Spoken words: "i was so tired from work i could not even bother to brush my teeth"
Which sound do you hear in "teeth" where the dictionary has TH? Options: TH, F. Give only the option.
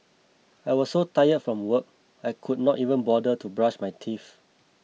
F